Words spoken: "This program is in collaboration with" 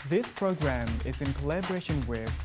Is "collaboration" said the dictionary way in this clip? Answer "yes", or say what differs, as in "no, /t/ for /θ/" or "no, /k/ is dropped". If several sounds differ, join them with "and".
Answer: yes